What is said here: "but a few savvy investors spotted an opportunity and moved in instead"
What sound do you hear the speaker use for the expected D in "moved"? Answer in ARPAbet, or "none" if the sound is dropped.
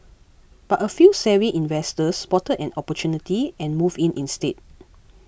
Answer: none